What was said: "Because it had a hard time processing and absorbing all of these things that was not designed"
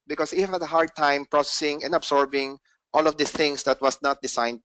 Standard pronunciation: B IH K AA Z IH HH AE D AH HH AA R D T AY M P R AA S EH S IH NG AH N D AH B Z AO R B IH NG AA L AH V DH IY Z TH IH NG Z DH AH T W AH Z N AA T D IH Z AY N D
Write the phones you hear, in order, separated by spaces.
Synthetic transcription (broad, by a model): B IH K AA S IH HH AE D AH HH AA R D T AY M P R AA S EH S IH NG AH N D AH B S AO R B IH NG AA L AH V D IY TH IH NG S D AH T W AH S N AA T D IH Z AY N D